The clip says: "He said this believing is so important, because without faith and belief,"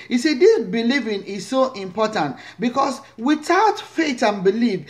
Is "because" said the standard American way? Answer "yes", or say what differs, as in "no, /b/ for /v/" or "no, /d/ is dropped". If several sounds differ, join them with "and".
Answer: no, /s/ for /z/